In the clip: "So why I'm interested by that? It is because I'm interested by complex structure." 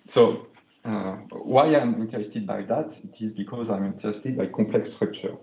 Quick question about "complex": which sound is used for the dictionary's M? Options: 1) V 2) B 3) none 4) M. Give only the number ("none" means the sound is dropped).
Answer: 3